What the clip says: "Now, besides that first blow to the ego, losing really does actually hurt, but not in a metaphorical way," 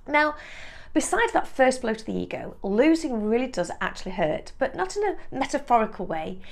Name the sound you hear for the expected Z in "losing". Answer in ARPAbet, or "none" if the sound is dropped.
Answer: Z